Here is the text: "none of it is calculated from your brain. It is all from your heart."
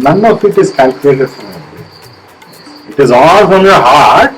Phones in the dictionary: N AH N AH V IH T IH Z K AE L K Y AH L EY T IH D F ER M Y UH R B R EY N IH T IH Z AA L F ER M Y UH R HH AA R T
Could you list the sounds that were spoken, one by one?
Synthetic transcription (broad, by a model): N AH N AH F IH T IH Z K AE L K Y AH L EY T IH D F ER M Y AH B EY IH T IH Z AA L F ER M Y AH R HH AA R T